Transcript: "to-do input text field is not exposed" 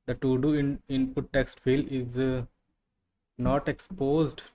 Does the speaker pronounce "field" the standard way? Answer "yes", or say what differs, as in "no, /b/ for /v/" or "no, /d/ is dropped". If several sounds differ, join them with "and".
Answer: no, /d/ is dropped